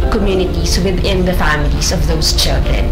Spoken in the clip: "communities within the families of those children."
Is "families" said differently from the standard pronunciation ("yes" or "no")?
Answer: no